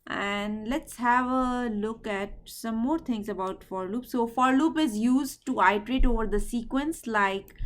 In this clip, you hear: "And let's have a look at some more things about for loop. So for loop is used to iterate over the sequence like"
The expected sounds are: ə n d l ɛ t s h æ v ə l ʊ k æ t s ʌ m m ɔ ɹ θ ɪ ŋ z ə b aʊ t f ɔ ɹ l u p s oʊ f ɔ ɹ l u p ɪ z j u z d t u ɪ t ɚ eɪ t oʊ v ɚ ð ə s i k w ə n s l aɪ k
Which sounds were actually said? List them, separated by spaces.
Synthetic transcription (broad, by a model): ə n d l ɛ t s h æ v ə l ʊ k æ t s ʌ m m ɔ ɹ t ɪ ŋ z ə b aʊ t f ɔ ɹ l u p s oʊ f ɔ ɹ l u p ɪ z j u z d t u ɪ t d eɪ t oʊ v ɚ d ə s i k w ə n s l aɪ k